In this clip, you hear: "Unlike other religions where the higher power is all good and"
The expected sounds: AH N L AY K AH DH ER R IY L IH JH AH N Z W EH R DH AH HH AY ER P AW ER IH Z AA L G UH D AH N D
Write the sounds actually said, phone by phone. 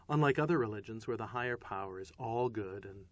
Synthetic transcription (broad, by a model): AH N L AY K AH DH ER R IY L IH JH AH N Z W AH R DH AH HH AY ER P AW ER IH Z AA L G UH D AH N